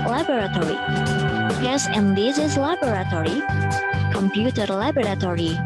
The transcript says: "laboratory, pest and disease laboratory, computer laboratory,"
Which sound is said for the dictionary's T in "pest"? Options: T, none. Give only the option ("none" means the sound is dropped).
none